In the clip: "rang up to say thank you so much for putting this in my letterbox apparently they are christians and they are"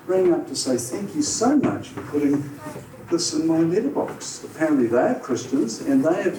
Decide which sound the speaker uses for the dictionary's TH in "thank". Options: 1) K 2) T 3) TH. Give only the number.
3